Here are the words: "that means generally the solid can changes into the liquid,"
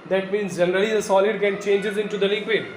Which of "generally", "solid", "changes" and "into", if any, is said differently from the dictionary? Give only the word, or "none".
none